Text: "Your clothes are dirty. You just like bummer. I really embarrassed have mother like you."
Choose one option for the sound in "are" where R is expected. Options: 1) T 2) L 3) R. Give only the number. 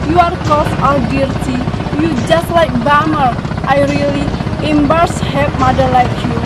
2